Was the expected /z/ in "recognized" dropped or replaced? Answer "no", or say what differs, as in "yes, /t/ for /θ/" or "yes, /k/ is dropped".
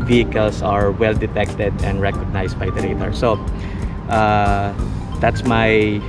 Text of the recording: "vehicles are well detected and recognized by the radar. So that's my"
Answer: yes, /s/ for /z/